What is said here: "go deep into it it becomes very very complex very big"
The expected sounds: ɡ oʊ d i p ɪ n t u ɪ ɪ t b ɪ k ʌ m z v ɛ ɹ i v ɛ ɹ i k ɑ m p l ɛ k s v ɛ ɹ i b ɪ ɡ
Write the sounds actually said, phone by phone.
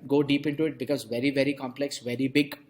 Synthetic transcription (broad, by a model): ɡ oʊ d i p ɪ n t u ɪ ɪ t b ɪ k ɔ z v ɛ ɹ i v ɛ ɹ i k ɑ m p l ɛ k s v ɛ ɹ i b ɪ ɡ